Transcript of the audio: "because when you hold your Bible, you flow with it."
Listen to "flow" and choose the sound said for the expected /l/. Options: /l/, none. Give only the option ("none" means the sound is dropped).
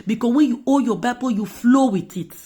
/l/